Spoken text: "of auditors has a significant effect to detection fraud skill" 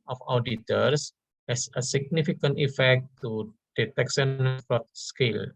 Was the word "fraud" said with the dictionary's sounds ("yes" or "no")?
no